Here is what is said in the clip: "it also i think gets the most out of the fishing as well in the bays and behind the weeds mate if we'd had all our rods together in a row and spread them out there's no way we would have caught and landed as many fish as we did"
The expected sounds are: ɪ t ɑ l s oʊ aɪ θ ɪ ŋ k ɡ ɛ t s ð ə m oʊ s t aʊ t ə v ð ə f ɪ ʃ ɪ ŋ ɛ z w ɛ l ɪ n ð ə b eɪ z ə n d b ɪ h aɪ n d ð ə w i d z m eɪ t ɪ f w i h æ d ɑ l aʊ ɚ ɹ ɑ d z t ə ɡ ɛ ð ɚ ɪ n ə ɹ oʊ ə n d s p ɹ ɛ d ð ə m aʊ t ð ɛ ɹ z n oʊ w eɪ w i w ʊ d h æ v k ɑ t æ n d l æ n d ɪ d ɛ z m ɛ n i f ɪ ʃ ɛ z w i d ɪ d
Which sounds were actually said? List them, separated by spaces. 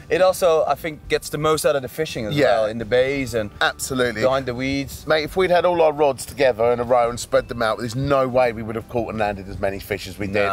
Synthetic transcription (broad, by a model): ɪ t ɑ l s oʊ aɪ θ ɪ ŋ k ɡ ɛ t s ð ə m oʊ s t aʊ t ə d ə f ɪ ʃ ɪ ŋ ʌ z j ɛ l ɪ n ð ə b eɪ z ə n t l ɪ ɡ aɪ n ð ə w i d z m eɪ ɪ f w i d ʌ d ɑ l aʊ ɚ ɹ ɑ d z t ə ɡ ɛ ð ɚ ɪ n ə ɹ oʊ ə n s p ɹ ɛ d ð ə m aʊ t ð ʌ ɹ z n oʊ w eɪ w i w ʊ d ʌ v k ɑ t n l æ n d ɪ d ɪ z m ɛ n i f ɪ ʃ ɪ z w i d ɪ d